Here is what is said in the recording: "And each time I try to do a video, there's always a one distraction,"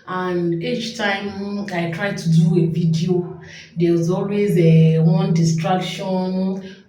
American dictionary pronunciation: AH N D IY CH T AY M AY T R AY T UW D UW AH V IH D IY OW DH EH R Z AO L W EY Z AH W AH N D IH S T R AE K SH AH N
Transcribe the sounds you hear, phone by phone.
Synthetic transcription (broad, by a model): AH N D IY CH T AY M AY T R AY T UW D UW AH V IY D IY OW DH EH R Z AO L W EY Z AH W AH N D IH S T R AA K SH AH N